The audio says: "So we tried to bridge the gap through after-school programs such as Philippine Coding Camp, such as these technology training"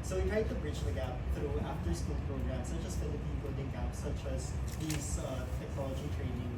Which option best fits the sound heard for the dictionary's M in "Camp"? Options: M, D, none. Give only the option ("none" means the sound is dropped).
none